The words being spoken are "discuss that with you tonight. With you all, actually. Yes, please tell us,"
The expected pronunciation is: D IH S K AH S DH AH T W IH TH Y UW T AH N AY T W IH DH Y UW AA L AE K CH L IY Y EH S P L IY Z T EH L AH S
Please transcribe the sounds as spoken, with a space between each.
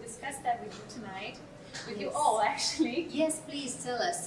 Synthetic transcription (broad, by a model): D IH S K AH S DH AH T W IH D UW T AH N AY T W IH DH Y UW AA L AE K CH L IY Y EH S P L IY Z T EH L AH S